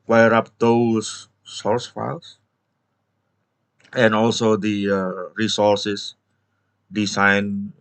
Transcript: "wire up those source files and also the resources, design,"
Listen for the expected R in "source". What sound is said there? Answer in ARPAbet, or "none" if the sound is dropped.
R